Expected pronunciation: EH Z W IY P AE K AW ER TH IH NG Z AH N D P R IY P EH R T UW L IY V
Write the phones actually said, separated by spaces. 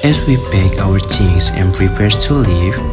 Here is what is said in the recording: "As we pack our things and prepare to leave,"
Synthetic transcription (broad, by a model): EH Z W IY B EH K AW ER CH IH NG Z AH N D P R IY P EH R T UW L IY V